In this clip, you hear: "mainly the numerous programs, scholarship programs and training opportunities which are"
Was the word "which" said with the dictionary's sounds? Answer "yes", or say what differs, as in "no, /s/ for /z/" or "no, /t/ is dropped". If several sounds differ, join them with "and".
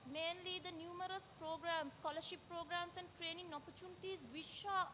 no, /ʃ/ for /tʃ/